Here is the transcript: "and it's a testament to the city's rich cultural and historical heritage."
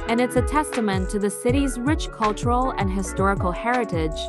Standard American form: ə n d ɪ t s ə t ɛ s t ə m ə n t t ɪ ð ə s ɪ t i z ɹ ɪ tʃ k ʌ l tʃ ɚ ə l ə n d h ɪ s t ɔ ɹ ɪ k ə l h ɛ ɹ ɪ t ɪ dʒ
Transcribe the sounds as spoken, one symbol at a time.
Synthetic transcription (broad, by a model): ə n ɪ t s ə t ɛ s t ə m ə n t t ɪ ð ə s ɪ t i z ɹ ɪ tʃ k ʌ l tʃ ɚ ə l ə n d h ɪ s t ɔ ɹ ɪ k l h ɛ ɹ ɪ t ɪ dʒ